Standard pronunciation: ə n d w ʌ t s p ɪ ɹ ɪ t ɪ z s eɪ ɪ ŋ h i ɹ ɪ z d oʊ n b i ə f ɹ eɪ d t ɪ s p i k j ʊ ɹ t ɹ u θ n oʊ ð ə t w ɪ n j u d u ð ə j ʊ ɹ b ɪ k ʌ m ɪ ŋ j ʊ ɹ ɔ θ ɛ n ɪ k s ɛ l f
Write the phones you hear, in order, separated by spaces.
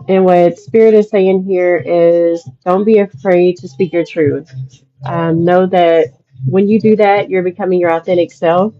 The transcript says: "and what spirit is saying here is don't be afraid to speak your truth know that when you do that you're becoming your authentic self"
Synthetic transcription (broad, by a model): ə n w ʌ t s p ɪ ɹ ɪ t ɪ z s eɪ ɪ ŋ h i ɹ ɪ z d oʊ n b i ə f ɹ eɪ d t ɪ s p i k j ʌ ɹ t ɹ u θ n oʊ ð ə t w ɪ n j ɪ d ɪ ð ə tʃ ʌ ɹ b ɪ k ʌ m ɪ ŋ j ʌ ɹ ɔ θ ɛ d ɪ k s ɛ l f